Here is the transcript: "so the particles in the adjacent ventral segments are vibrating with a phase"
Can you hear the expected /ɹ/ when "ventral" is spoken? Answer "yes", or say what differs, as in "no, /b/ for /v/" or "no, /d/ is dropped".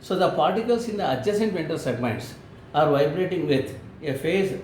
no, /ɹ/ is dropped